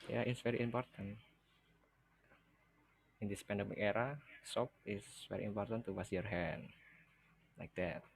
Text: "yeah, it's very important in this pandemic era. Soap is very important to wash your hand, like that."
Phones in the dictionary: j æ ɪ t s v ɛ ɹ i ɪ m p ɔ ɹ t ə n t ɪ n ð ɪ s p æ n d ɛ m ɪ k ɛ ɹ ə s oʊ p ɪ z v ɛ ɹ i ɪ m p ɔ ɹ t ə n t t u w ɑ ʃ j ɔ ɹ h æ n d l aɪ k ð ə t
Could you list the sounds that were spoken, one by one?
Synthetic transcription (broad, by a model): j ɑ ɪ t s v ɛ ɹ i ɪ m p ɔ ɹ t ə n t ɪ n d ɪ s p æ n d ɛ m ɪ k ɛ ɹ ə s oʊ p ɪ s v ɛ ɹ i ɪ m p ɔ ɹ t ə n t t u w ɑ s j ɔ ɹ h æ n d l aɪ k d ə t